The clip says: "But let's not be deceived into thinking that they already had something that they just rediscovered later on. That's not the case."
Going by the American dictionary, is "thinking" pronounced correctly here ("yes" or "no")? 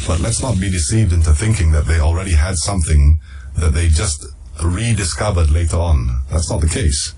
yes